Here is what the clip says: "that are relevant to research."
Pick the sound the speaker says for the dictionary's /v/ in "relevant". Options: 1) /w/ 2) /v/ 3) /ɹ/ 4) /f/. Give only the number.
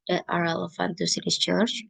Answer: 4